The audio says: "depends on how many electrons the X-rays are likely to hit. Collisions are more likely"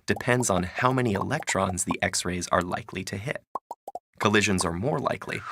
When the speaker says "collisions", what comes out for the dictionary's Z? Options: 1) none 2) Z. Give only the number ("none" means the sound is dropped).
2